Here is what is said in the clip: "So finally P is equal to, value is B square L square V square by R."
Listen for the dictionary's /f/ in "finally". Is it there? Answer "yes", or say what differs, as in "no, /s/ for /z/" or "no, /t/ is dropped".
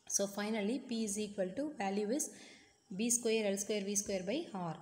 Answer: yes